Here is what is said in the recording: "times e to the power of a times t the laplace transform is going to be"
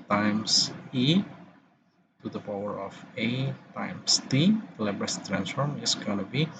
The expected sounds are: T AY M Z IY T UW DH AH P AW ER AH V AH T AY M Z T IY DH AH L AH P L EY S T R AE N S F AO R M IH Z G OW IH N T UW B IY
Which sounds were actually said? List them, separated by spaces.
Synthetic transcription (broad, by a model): T AY M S IY T UW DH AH P AW ER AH F AH T AY M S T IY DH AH L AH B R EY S T R AE N S F AO R M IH S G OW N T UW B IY